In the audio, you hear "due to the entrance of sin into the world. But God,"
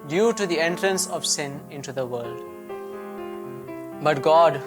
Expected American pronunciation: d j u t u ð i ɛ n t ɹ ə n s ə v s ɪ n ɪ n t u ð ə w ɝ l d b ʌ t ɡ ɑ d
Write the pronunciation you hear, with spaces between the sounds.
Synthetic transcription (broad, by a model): d j u t u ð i ɛ n t ɹ ə n s ə v s ɪ n ɪ n t u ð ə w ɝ l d b ʌ t ɡ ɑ d